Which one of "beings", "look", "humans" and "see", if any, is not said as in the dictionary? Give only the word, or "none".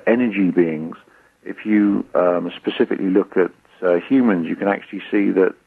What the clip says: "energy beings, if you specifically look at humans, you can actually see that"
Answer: none